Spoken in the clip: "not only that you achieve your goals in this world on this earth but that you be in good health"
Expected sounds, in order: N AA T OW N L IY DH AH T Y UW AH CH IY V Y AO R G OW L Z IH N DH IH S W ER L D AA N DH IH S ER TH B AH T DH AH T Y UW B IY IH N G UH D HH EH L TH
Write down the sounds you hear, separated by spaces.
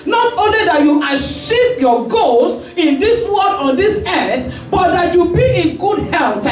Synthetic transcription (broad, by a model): N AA T OW N L IY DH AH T Y UW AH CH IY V Y AO G OW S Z IH N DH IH S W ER D AA N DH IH S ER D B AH T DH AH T Y UW B IY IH G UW D HH EH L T